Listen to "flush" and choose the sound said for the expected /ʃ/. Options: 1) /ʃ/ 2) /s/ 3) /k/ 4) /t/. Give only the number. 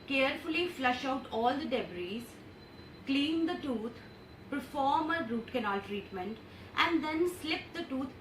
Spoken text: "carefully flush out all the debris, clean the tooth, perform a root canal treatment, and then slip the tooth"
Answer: 1